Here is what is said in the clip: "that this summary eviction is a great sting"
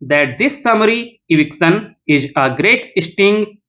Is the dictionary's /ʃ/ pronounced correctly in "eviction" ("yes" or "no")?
no